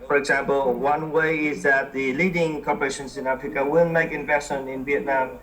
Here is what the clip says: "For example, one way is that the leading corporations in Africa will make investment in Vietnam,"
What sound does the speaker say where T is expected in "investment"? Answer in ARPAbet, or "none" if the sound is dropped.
none